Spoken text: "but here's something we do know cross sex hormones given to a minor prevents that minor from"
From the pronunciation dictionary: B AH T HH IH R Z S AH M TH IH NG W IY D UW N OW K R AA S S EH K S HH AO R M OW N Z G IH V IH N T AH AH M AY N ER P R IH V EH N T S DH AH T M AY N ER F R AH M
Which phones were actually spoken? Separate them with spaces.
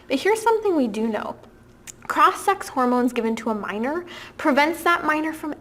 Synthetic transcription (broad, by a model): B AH T HH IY R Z S AH M TH IH NG W IY D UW N OW K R AA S S EH K S HH AO R M OW N Z G IH V IH N T AH AH M AY N ER P R IH V EH N T S DH AH T M AY N ER F R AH M